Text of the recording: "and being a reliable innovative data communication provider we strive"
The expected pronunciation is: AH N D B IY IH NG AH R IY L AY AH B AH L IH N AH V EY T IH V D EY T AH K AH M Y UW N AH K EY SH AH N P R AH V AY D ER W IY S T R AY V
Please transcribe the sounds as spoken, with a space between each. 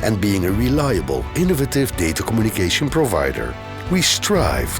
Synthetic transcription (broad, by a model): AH N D B IY IH NG AH R IY L AY AH B AH L IH N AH V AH T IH V D EY T AH K AH M Y UW N AH K EY SH AH N P R AH V AY D ER W IY S T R AY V